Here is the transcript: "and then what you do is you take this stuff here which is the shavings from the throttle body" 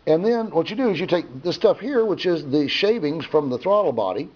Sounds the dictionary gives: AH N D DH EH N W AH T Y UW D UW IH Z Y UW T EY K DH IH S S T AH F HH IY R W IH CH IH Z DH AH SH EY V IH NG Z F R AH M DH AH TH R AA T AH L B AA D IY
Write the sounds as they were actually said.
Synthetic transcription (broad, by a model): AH N DH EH N W AH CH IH D IH Z Y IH T EY K DH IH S S T AH F HH IY R W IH CH IH Z DH AH SH EY V IH NG Z F R AH M DH AH TH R AA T L B AA D IY